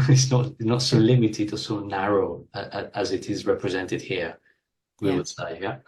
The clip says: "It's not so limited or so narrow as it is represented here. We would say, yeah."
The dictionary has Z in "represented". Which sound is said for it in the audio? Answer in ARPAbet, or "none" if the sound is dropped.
Z